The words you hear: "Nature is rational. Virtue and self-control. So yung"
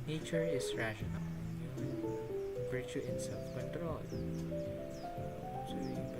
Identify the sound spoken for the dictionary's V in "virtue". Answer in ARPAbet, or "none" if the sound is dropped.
B